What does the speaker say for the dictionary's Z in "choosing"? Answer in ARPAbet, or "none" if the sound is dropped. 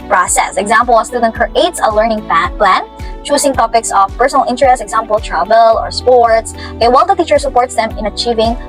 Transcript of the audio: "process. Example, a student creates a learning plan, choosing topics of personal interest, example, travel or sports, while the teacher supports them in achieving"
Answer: S